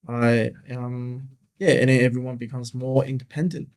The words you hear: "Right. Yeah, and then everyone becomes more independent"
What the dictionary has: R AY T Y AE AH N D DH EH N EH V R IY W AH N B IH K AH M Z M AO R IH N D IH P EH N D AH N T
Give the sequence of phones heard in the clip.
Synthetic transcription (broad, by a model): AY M Y AE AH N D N EH V R IY W AH N B IH K AH M Z M AO R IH N D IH P EH N D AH N T